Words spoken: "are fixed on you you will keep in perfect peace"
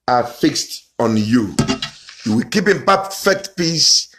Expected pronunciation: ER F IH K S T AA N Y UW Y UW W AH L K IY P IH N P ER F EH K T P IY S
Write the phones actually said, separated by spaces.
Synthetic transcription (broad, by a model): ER F IH K S T AA N Y UW Y UW W AH L K IY P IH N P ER F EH K T P IY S